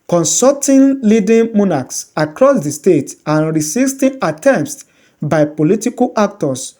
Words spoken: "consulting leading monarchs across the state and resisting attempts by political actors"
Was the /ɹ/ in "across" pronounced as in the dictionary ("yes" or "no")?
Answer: yes